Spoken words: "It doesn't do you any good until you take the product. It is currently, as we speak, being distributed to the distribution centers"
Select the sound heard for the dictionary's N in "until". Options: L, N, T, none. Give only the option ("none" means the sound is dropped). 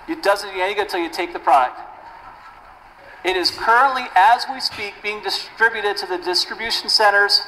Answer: none